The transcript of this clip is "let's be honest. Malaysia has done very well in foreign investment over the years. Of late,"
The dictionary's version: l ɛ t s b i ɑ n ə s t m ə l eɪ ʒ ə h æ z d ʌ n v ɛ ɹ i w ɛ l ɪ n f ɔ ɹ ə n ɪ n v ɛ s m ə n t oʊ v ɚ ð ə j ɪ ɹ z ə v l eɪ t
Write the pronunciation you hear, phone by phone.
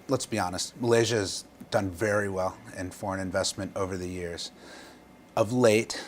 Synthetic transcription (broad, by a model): l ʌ t s b i ɑ n ə s t m ə l eɪ ʒ ə z d ʌ n v ɛ ɹ i w ɛ l ɪ n f ɔ ɹ ə n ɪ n v ɛ s m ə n t oʊ v ɚ ð ə j ɪ ɹ z ə v l eɪ t